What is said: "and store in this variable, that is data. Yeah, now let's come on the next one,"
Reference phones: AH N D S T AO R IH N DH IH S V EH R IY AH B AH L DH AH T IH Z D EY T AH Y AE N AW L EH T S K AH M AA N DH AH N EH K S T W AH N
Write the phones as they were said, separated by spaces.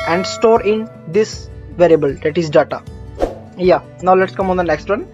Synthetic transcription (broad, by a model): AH N D S T AO R IH N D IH S V EH R IY AH B AH L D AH T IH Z D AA T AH Y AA N AW L EH T S K AH M AA N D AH N EH K S T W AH N